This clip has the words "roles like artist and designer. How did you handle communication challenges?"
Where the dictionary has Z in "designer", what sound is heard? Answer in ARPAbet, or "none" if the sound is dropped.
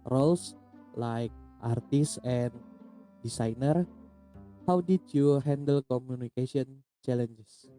S